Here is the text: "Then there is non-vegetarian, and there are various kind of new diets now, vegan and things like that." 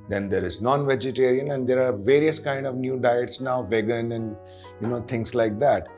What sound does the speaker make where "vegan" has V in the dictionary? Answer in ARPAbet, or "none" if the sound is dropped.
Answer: V